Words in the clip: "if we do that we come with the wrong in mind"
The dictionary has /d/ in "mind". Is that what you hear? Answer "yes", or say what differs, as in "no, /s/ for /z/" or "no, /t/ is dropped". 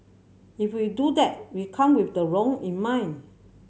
no, /d/ is dropped